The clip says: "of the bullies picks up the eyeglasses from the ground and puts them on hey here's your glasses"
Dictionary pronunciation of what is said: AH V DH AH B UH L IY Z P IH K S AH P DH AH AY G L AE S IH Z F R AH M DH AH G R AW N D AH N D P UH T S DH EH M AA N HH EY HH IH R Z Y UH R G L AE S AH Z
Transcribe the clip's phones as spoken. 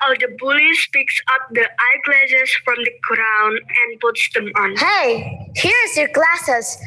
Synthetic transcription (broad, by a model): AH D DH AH B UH L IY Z P IH K S AH P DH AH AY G L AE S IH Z F R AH M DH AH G R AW N AH N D P UH T S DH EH M AA N HH EY HH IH R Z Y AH R G L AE S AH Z